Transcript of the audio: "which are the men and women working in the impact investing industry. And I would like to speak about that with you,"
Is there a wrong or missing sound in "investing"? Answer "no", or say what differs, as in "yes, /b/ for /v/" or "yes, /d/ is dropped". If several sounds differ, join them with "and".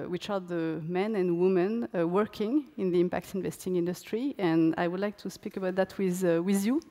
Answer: no